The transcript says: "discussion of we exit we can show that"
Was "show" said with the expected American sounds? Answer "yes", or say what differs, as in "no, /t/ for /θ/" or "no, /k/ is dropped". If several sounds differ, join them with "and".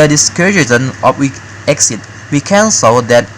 no, /s/ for /ʃ/